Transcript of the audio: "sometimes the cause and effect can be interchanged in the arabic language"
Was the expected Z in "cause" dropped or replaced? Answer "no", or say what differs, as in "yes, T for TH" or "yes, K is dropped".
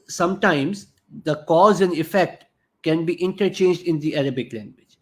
no